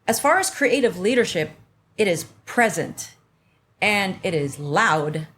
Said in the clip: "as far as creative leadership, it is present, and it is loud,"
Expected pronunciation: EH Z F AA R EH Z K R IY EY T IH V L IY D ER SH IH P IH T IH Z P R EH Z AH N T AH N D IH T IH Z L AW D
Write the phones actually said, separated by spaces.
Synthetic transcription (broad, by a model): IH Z F AA R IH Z K R IY EY T IH V L IY D ER SH IH P IH T IH Z P R EH Z AH N T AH N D IH T IH Z L AW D